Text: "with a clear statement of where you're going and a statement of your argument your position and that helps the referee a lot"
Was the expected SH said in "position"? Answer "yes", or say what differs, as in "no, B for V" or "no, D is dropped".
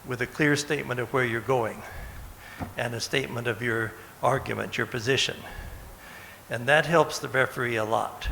yes